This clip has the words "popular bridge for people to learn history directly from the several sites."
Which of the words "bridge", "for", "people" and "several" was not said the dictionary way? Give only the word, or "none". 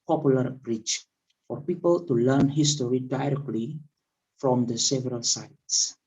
bridge